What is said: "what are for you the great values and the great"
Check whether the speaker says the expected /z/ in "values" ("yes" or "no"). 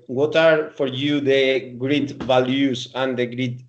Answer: no